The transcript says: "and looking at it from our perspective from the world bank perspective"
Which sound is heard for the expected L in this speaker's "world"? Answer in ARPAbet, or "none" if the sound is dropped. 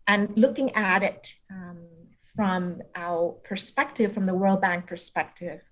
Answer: L